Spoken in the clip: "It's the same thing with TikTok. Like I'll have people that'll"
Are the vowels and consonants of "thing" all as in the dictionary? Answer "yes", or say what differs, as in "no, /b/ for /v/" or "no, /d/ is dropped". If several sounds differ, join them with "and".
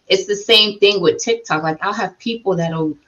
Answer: yes